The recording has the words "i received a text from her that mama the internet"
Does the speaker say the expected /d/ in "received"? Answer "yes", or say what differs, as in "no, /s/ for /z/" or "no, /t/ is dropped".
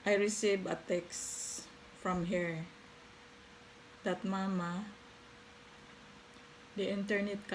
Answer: no, /d/ is dropped